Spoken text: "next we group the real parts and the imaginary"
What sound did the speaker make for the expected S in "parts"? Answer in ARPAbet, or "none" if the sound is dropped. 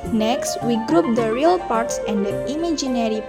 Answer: S